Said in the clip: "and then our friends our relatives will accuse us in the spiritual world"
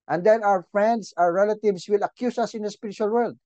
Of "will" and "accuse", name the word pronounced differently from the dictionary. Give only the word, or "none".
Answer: accuse